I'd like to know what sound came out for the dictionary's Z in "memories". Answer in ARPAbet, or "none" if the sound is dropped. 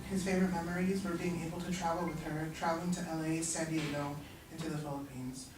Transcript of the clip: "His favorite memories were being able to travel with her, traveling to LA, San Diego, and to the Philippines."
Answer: Z